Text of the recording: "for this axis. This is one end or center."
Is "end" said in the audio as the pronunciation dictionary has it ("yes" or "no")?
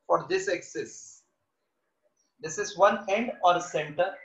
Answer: yes